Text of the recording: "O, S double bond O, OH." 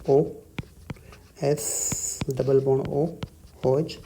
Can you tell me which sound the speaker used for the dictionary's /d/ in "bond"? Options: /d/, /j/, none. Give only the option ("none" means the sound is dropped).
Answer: none